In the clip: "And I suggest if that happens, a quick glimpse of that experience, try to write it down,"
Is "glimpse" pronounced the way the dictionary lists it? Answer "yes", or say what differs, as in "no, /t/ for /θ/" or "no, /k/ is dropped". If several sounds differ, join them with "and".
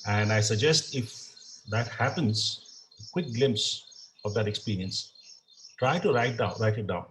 yes